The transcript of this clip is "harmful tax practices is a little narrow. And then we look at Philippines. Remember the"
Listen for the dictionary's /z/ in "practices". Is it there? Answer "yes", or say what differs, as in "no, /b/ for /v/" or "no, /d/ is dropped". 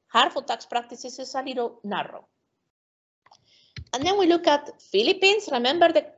no, /s/ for /z/